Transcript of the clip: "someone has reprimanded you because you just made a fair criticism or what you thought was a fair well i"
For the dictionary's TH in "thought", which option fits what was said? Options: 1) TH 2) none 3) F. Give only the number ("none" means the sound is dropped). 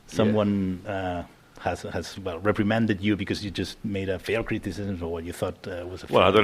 1